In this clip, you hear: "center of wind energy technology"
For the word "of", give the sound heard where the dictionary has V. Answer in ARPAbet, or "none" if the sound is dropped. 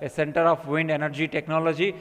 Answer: P